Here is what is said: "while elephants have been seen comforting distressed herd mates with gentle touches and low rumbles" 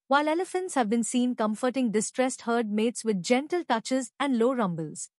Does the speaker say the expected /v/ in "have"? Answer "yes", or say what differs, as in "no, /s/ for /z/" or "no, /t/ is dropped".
yes